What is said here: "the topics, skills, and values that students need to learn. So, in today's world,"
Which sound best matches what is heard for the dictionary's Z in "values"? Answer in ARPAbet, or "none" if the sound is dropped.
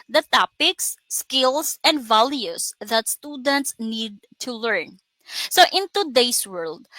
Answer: S